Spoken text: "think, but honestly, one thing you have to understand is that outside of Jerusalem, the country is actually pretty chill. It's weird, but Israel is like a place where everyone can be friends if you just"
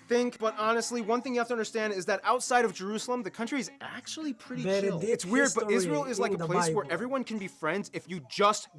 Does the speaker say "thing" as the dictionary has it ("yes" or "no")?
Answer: yes